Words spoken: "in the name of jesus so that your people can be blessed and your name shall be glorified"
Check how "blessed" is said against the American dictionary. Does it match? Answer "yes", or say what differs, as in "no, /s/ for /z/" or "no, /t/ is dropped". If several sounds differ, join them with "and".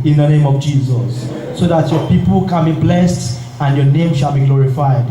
yes